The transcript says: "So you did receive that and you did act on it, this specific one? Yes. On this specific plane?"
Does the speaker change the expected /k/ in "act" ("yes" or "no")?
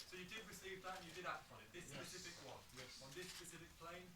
yes